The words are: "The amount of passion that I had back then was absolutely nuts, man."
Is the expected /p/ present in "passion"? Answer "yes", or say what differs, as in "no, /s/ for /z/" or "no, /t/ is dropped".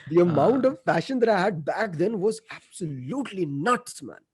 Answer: no, /f/ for /p/